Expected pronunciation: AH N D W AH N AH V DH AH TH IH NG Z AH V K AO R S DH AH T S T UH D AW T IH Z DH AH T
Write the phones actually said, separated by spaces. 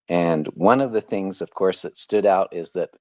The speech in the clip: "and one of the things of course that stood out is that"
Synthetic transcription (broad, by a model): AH N W AH N AH V DH AH TH IH NG Z AH V K AO R S DH AH T S T UH D AW T IH Z DH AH T